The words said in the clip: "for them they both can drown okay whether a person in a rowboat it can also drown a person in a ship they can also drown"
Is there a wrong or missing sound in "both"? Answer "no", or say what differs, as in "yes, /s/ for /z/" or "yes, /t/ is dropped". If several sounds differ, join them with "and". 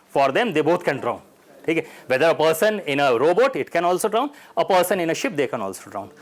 yes, /t/ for /θ/